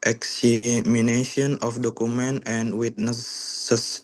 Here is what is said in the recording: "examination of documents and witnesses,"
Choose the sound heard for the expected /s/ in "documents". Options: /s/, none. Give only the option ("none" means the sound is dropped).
none